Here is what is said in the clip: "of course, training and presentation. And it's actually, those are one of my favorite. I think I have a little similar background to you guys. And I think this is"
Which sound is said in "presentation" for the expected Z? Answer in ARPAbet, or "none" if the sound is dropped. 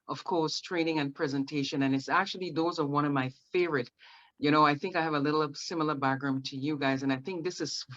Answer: Z